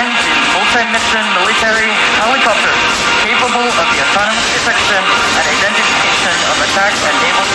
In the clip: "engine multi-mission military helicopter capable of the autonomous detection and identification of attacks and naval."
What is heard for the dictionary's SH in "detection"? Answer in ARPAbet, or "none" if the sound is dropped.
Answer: S